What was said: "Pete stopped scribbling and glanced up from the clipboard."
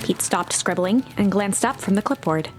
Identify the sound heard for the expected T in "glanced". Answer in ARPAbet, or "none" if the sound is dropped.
T